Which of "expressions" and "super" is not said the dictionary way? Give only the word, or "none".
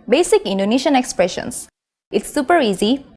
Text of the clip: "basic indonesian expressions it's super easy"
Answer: expressions